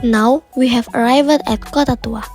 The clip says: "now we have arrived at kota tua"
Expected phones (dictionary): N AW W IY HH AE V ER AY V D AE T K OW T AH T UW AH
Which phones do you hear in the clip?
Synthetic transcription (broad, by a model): N AW W IY HH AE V ER AY V D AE T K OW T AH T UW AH